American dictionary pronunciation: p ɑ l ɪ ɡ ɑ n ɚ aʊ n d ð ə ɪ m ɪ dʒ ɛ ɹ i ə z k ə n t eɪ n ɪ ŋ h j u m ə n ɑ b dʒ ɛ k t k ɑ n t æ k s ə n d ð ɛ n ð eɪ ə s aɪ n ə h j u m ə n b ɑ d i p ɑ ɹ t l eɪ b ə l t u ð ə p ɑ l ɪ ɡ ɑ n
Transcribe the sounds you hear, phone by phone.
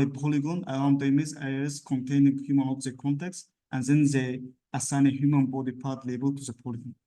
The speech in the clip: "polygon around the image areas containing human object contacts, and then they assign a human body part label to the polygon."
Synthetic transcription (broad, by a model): p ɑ l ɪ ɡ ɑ n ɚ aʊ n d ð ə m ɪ z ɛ ɹ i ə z k ə n t eɪ n ɪ ŋ h j u m ə n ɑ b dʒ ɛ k k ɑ n t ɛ k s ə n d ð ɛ n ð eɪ ə s aɪ n ə h j u m ə n b ɑ d i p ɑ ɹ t l eɪ b ə l t u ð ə p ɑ l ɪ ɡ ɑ n